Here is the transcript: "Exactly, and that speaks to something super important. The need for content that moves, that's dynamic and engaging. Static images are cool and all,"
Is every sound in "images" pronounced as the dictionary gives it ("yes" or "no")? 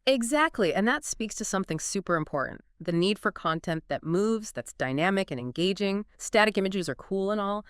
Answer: yes